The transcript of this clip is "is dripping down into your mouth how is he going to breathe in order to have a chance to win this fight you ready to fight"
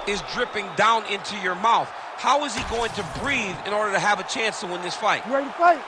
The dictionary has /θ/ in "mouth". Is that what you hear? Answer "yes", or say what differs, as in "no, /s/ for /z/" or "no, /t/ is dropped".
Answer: yes